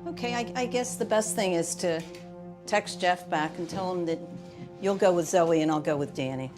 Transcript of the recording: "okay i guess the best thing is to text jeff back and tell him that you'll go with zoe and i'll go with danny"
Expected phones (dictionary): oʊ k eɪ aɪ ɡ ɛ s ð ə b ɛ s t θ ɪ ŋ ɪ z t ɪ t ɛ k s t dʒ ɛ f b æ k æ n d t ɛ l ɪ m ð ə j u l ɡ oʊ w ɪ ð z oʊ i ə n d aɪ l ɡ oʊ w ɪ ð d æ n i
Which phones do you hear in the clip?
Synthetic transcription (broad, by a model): oʊ k eɪ aɪ ɡ ɛ s ð ə b ɛ s t θ ɪ ŋ ɪ z t ɪ t ɛ k s dʒ ɛ f b æ k n t ɛ l ɪ m ð ə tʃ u l ɡ oʊ w ɪ ð z oʊ i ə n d aɪ l ɡ oʊ w ɪ ð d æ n i